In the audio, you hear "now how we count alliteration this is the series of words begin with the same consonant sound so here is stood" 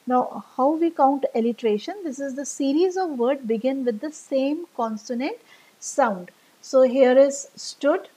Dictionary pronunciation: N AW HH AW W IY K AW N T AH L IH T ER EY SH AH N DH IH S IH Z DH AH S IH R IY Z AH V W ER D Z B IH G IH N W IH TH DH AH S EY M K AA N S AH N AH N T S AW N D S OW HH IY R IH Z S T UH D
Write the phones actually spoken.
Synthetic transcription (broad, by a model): N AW HH AW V IY K AW N T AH L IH T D EY SH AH N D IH S IH Z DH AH S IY R IY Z AH V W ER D B IH G IH N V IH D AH S EY M K AA N S AH N AH N T S AW N D S OW HH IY R IH Z S T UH D